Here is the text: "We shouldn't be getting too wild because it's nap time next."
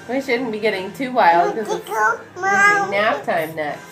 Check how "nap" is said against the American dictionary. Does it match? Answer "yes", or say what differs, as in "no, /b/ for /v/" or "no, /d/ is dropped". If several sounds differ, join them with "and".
no, /f/ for /p/